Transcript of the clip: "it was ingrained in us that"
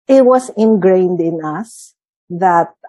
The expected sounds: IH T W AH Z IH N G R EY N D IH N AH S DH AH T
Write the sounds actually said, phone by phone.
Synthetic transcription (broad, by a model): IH T W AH S IH N G R EY N D IH N AH S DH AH T